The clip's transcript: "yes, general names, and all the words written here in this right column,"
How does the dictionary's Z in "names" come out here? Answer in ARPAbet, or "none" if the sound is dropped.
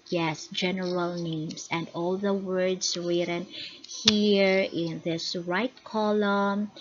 S